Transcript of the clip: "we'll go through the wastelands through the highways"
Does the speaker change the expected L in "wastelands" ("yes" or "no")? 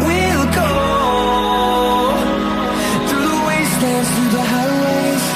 yes